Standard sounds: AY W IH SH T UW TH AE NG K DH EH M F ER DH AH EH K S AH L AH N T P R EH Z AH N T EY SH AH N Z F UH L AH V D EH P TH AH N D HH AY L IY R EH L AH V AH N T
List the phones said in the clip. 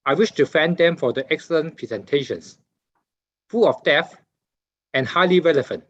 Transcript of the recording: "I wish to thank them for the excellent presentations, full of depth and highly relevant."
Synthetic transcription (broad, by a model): AY W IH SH T UW F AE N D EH M F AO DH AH EH K S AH L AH N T P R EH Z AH N T EY SH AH N S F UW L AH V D EH TH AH N HH AY L IY R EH L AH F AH N T